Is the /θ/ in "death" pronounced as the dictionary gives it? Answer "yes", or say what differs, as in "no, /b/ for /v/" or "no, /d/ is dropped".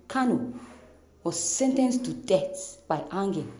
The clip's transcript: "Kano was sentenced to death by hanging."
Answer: no, /s/ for /θ/